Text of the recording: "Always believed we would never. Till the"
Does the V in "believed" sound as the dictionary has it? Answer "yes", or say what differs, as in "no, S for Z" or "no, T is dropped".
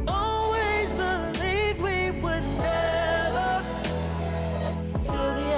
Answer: no, V is dropped